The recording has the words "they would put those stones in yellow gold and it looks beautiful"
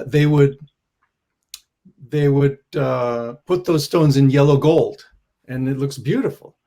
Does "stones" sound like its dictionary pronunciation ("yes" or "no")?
yes